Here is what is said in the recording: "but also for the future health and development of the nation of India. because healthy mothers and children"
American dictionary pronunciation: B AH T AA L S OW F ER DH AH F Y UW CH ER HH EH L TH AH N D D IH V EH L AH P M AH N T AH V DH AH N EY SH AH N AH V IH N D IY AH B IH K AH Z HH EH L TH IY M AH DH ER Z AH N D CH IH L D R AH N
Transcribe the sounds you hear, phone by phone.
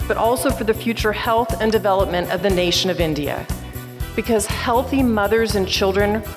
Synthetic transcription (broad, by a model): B AH T AA L S OW F ER DH AH F Y UW CH ER HH EH L TH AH N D D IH V EH L AH P M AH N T AH V DH AH N EY SH AH N AH V IH N D IY AH B IH K AH Z HH EH L TH IY M AH DH ER Z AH N CH IH L D R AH N